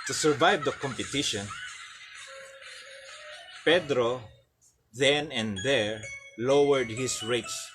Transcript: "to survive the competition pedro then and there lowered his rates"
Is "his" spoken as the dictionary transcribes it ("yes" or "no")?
no